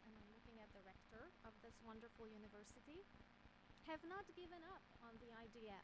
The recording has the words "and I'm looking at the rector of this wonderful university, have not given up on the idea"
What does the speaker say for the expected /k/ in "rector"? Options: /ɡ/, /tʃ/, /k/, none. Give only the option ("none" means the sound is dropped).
/k/